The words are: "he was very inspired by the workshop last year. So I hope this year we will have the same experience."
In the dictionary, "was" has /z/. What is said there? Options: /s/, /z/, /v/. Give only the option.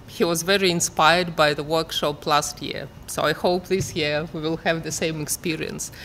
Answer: /z/